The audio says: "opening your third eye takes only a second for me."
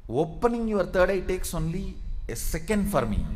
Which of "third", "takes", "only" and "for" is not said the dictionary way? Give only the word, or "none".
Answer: third